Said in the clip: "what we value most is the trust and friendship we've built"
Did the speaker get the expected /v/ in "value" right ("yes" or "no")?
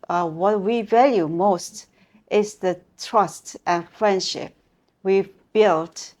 yes